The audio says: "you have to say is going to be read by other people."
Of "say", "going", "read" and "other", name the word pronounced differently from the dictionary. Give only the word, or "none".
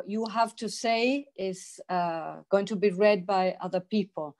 none